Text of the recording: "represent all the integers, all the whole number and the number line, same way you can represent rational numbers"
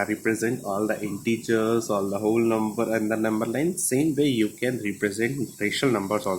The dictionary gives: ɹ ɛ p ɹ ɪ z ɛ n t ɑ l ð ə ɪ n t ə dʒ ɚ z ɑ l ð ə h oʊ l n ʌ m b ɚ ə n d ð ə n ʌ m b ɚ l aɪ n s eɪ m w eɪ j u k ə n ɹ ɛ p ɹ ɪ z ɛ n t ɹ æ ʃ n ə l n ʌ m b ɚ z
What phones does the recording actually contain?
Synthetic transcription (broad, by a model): ɹ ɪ p ɹ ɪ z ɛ n t ɑ l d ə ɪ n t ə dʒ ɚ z ɑ l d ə h oʊ l n ʌ m b ɚ ə n d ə n ʌ m b ɚ l aɪ n s eɪ m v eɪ j u k ə n ɹ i p ɹ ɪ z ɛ n t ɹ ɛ ʃ ə l n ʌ m b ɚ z